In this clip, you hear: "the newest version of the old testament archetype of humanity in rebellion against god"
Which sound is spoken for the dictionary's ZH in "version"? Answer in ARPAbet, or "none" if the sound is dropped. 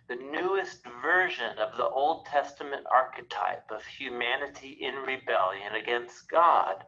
ZH